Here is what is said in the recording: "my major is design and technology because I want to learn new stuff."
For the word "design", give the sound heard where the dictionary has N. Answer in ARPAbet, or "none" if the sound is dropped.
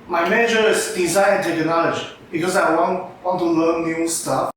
none